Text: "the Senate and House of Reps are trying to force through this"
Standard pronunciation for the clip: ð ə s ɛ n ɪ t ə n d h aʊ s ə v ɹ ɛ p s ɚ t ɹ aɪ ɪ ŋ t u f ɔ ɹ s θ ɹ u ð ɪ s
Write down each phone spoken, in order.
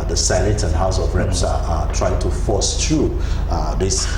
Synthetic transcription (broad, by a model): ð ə s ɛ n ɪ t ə n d h aʊ s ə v ɹ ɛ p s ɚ t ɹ aɪ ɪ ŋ t u f ɔ s t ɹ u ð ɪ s